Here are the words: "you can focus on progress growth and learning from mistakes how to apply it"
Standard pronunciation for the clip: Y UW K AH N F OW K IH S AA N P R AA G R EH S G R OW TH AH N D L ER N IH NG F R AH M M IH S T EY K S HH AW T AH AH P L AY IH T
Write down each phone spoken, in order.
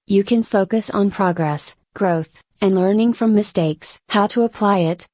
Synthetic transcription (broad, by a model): Y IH K AH N F OW K IH S N P R AA G R EH S G R OW TH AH N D L ER N IH NG F R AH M M IH S T EY K S HH AW T AH AH P L AY IH T